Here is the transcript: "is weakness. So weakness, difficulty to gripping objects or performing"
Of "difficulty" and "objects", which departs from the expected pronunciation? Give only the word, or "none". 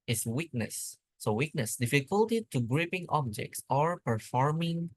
none